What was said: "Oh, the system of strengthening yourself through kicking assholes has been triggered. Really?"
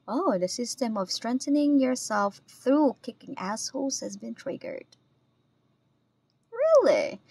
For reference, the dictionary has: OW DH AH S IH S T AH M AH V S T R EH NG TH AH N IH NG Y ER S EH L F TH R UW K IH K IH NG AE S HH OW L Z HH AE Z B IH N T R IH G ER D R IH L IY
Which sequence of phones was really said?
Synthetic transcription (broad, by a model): OW DH AH S IH S T AH M AH V S T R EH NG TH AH N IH NG Y ER S EH L F TH R UW K IH K IH NG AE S HH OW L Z HH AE Z B IH N T R IH G ER D R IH L IY